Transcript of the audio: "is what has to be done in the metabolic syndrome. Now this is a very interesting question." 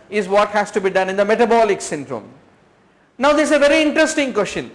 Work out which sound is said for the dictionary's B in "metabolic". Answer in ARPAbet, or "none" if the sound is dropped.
B